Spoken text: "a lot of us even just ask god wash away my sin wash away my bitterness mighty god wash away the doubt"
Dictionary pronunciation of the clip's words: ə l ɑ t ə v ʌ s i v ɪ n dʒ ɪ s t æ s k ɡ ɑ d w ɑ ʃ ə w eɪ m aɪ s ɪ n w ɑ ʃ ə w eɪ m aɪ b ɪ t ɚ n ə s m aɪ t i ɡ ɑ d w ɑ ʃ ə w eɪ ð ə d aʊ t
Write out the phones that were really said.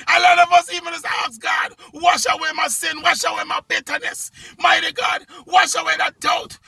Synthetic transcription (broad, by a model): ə l ɑ t ə v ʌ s i v ɪ n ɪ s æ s ɡ ɑ d w ɑ ʃ ə w eɪ m aɪ s ɪ n w ɑ ʃ ə w eɪ m aɪ b ɪ t ɚ n ə s m aɪ t i ɡ ɑ d w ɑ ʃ ə w eɪ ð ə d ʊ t